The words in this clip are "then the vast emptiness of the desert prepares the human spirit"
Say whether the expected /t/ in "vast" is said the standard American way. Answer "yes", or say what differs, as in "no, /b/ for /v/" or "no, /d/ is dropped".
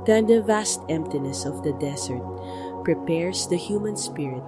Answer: yes